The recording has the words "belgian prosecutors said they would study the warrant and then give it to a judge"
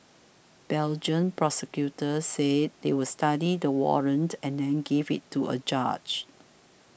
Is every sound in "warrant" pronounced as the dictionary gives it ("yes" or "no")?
yes